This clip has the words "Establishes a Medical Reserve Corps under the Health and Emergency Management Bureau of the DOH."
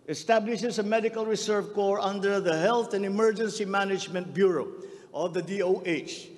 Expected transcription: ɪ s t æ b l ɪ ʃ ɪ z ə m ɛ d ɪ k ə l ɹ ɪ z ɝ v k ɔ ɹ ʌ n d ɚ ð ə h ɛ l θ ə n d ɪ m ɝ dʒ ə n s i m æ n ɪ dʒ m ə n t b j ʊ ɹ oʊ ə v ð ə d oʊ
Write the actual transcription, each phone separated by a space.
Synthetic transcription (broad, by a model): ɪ s t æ b l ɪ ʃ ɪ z ə m ɛ d ɪ k ə l ɹ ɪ s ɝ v k ɔ ɹ ʌ n d ɚ ð ə h ɛ l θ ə n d ɪ m ɝ dʒ ə n s i m æ n ɪ dʒ m ə n t b j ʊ ɹ oʊ ə v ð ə d oʊ